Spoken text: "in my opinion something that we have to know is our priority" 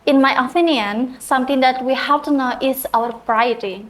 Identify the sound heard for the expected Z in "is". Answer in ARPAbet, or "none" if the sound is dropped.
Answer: S